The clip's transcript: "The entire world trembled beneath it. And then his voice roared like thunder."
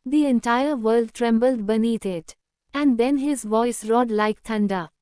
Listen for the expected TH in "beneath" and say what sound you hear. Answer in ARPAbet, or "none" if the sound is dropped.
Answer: T